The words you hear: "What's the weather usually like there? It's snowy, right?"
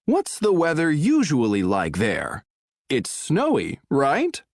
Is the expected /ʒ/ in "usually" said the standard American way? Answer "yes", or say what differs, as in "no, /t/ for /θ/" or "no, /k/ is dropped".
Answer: yes